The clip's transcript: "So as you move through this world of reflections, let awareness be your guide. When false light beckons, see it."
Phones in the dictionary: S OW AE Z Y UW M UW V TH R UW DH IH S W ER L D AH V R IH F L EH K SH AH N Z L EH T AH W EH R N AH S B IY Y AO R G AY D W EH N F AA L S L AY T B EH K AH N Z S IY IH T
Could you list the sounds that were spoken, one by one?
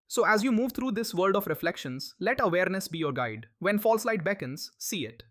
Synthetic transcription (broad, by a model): S OW AE Z Y UW M UW V T R UW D IH S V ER L D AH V R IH F L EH K SH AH N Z L EH T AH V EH R N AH S B IY Y AO R G AY D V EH N F AA L S L AY T B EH K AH N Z S IY IH T